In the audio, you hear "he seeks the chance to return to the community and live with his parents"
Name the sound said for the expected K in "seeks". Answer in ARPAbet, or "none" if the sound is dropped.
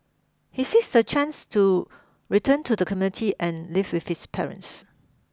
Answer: none